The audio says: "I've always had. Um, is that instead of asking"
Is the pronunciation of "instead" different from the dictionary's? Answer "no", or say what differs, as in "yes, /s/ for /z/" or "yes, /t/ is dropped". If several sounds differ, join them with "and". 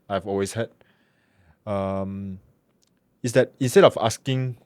no